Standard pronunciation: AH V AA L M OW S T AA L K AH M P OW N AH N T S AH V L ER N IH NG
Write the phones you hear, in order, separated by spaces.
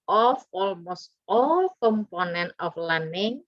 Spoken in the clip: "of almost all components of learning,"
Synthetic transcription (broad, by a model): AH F AA L M OW S T AA L K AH M P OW N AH N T AH F L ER N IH NG